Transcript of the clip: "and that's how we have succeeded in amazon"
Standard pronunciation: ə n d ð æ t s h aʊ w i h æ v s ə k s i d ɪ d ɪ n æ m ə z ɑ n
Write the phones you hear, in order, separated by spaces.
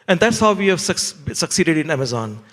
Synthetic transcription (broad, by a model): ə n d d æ t s h aʊ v i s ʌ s s ə k s i d ɪ d ɪ n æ m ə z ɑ n